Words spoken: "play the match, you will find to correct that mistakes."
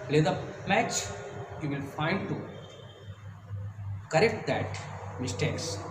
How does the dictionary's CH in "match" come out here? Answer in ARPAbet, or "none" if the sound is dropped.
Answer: CH